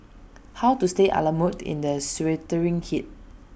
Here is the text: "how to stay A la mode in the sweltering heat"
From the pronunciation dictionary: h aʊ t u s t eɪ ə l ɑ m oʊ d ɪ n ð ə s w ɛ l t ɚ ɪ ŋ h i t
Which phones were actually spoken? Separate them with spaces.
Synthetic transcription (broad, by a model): h aʊ t u s t eɪ ə l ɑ m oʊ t ɪ n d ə s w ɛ t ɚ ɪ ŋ h i t